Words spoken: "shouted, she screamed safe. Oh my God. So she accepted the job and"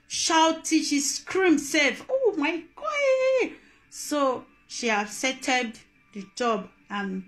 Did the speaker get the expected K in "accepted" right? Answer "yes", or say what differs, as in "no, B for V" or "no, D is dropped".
no, K is dropped